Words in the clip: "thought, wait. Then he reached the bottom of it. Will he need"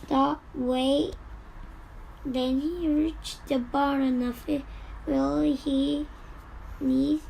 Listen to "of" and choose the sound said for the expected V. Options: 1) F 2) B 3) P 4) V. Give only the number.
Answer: 1